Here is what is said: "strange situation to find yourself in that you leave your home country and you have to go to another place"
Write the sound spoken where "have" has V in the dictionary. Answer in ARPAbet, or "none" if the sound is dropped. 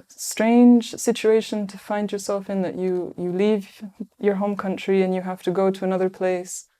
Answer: F